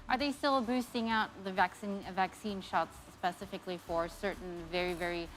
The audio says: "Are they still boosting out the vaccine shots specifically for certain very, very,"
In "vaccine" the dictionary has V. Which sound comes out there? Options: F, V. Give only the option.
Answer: V